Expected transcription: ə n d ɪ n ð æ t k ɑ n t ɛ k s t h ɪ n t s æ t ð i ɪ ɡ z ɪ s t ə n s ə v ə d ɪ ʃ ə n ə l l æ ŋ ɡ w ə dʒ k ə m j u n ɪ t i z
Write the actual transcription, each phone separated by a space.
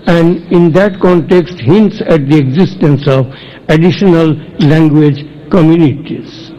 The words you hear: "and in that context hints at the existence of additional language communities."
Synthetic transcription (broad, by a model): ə n d ɪ n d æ t k ɑ n t ɛ k s t h ɪ n t s æ t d i ɪ ɡ z ɪ s t ə n s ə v ə d ɪ ʃ ə n ə l l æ ŋ ɡ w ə dʒ k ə m j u n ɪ t i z